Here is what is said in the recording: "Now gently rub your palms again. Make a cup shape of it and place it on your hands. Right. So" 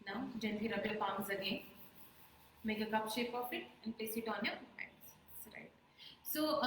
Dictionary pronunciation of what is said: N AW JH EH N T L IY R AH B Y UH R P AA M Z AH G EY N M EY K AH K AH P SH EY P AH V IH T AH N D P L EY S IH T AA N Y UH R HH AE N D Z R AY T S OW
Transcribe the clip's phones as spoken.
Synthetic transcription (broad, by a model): N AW JH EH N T IY R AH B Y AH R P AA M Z AH G EY N M EY K AH K AH P SH EY P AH F IH T AH N D P L EY S IH T AA N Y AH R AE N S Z R AY T S OW